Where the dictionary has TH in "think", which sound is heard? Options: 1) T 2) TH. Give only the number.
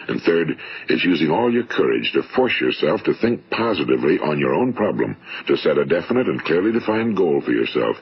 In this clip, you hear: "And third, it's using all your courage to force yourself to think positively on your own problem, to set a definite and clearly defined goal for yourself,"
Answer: 2